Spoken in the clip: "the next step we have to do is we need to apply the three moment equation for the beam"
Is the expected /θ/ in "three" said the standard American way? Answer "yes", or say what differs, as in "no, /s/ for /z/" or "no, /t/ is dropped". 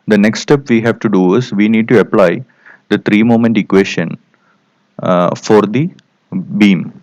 no, /t/ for /θ/